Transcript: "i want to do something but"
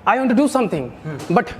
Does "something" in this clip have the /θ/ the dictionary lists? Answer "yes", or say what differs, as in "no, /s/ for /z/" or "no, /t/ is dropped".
no, /t/ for /θ/